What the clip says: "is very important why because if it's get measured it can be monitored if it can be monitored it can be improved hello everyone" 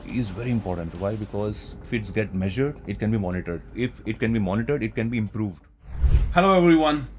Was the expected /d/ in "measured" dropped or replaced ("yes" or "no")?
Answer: no